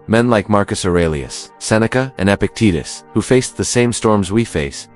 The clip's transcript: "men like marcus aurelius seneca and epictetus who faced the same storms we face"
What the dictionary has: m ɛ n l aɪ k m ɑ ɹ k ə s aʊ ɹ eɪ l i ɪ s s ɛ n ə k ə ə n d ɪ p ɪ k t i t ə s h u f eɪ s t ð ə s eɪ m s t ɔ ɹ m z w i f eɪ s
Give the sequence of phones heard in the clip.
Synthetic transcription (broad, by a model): m ɛ n l aɪ k m ɑ ɹ k ə s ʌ ɹ eɪ l i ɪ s s ɛ n ə k ə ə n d ɪ p ɪ k t i t ə s h u f eɪ s ð ə s eɪ m s t ɔ ɹ m z w i f eɪ s